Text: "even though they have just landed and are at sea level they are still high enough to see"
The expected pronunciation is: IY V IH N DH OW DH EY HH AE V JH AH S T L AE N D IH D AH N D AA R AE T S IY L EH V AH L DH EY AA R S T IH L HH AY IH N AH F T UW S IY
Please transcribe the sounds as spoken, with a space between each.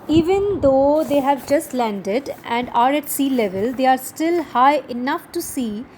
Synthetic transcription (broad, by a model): IY V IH N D OW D EY HH AE V JH AH S T L AE N D IH D AH N D AA R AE T S IY L EH V AH L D EY AA R S T IH L HH AY IH N AH F T UW S IY